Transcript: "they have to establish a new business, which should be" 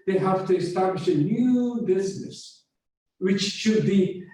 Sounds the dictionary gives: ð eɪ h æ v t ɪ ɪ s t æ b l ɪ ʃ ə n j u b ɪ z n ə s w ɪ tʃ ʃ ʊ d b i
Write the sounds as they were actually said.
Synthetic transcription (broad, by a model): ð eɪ h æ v t ɪ ɪ s t æ b l ɪ ʃ ə n j u b ɪ z n ə s w ɪ tʃ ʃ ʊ d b i